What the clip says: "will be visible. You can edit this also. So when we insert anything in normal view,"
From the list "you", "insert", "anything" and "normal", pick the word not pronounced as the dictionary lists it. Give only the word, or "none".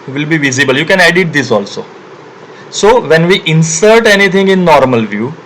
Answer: anything